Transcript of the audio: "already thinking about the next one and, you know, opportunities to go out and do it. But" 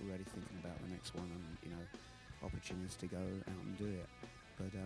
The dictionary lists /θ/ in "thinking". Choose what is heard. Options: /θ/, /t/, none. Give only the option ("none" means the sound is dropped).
/θ/